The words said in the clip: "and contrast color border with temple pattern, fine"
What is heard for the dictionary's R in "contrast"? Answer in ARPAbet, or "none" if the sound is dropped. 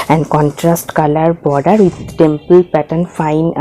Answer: R